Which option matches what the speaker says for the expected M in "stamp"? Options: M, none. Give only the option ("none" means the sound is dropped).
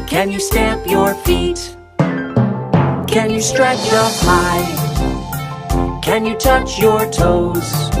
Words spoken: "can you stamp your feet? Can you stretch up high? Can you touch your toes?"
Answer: M